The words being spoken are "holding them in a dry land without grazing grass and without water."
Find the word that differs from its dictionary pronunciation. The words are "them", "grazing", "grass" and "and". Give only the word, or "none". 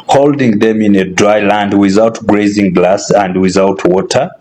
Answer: grass